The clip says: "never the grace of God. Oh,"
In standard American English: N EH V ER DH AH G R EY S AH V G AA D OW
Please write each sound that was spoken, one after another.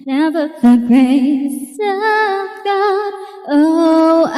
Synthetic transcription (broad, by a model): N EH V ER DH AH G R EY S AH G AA OW